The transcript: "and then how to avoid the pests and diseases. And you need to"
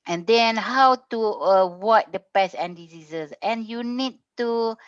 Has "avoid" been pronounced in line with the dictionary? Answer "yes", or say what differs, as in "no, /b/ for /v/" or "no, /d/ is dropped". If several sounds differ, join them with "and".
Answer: no, /w/ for /v/